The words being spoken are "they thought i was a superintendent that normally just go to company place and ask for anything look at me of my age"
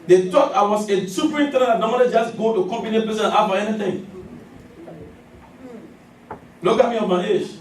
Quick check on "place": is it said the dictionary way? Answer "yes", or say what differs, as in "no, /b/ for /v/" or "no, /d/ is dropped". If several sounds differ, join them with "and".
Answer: no, /l/ is dropped